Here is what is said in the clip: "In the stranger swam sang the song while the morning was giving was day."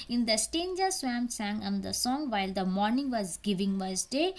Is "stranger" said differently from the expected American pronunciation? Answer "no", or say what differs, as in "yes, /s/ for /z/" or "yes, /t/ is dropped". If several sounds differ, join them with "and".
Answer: yes, /ɹ/ is dropped